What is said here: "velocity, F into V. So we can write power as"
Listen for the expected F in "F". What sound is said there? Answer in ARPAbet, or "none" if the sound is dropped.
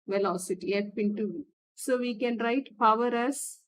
P